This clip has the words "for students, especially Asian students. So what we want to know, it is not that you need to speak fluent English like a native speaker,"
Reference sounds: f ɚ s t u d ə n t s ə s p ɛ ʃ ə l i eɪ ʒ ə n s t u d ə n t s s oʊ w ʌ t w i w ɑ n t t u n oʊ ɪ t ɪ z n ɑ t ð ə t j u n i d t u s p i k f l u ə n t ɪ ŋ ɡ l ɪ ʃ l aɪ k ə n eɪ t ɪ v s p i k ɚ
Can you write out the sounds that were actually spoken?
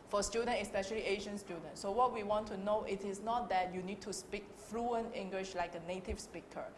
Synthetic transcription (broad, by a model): f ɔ s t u d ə n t ə s p ɛ ʃ ə l i eɪ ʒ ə n s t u d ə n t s s oʊ w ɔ t w i w ɑ n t t u n oʊ ɪ t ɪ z n ɑ t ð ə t j u n i d t u s p i k f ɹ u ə n ɪ ŋ ɡ l ɪ ʃ l aɪ k ə n eɪ t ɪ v s p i k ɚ